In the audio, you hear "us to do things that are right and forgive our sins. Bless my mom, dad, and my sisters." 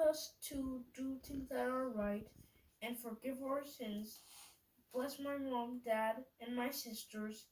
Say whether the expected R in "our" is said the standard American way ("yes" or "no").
yes